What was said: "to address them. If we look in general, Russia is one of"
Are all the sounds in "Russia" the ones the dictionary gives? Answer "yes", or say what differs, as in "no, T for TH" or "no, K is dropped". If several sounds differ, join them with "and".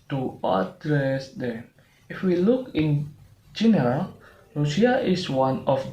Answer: no, SH is dropped